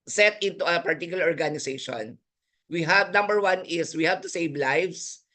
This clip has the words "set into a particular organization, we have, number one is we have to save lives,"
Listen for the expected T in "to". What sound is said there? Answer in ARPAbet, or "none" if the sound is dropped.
T